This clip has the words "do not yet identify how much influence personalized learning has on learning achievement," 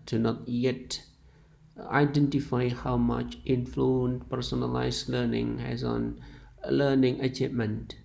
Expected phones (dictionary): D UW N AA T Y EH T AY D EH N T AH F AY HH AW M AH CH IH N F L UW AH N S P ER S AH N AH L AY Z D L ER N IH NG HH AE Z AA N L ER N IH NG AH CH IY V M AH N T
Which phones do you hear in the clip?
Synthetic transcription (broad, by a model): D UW N AA T Y EH T AY D EH N T AH F AY HH AW M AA CH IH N F L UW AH N P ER S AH N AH L AY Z L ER N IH NG HH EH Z AA N L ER N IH NG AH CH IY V M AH N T